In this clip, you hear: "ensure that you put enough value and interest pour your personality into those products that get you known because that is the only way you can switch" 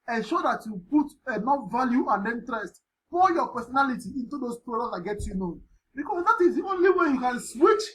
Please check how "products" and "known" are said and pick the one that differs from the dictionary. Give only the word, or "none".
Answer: products